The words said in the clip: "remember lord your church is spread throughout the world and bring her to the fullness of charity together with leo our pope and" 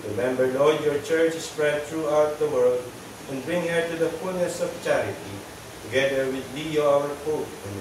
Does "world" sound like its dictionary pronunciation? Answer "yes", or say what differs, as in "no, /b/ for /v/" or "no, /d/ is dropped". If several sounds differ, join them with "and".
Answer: yes